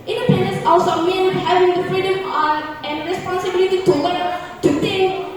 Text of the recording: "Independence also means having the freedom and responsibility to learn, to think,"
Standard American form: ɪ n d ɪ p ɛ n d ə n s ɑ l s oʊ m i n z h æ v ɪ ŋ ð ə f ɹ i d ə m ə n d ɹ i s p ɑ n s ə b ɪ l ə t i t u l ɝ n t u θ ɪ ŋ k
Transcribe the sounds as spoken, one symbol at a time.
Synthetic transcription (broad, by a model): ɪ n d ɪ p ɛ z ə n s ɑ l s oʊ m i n h æ v ɪ ŋ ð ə f ɹ i d ə m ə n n ɹ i s p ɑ n s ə b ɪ l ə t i t u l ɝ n t u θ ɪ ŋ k